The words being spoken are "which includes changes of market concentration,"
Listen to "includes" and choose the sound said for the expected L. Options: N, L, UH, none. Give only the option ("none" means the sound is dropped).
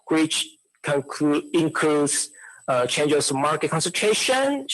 N